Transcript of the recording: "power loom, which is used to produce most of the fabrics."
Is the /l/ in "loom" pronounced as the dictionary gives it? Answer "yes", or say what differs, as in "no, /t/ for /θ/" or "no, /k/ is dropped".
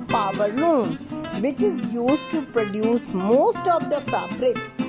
no, /n/ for /l/